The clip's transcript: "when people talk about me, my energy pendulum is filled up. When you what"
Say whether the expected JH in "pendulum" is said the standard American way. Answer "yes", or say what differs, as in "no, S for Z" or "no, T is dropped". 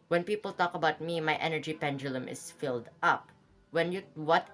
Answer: yes